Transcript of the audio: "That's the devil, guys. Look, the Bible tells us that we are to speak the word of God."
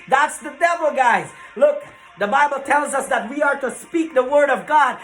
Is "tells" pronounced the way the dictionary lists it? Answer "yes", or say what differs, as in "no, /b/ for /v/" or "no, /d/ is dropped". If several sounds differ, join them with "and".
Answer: yes